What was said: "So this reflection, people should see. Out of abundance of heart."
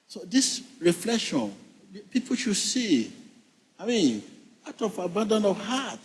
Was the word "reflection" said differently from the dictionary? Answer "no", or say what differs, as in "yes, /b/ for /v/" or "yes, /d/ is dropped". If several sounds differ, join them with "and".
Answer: no